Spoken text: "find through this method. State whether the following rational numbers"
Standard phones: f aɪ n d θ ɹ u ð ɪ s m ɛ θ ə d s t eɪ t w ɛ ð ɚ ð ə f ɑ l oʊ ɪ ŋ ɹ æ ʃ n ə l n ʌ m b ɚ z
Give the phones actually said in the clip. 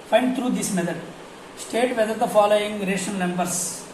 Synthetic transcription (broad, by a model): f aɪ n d t ɹ u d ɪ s m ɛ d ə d s t eɪ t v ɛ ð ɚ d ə f ɑ l oʊ ɪ ŋ ɹ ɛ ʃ ə n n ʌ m b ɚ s